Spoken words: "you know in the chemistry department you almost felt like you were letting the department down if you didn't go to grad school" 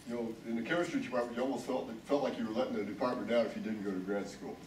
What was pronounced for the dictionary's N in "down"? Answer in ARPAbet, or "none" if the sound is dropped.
none